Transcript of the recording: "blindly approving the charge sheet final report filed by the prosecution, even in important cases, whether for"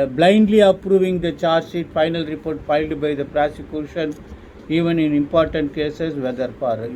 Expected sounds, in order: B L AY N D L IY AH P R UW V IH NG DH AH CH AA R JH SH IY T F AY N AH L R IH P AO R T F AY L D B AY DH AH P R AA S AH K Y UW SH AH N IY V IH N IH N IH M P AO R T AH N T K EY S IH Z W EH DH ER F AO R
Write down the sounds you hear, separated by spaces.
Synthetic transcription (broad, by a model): B L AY N D L IY AH P R UW V IH NG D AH CH AA R JH S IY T F AY N AH L R IH P AO R T F AY L D B AY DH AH P R AA S AH K Y UW SH AH N IY V IH N IH N IH M P AO R T AH N T K EY S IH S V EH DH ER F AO R